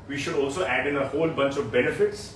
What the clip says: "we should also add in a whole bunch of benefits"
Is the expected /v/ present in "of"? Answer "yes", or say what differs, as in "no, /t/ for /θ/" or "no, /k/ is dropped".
yes